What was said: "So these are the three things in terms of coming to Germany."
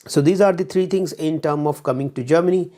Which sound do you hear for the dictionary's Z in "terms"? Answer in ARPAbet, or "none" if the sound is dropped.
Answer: none